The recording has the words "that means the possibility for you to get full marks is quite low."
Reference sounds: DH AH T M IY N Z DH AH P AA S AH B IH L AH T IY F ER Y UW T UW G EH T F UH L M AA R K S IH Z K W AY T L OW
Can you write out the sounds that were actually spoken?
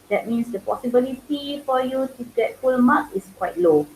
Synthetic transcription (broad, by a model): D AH T M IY N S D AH P AA S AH B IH L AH T IY F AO Y UW T UW G EH T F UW L M AA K IH S K W AY T L OW